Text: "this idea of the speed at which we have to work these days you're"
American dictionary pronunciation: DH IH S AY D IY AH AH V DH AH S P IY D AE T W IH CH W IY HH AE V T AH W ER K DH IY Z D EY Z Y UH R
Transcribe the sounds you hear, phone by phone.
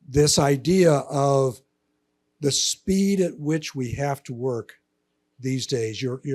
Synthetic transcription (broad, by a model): DH IH S AY D IY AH AH V DH AH S P IY D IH T W IH CH W IY HH AE F T AH W ER K DH IY Z D EY Z Y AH R